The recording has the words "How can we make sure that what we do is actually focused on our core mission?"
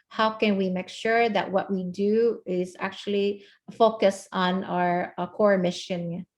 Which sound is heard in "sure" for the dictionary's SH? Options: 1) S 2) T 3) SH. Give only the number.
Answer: 3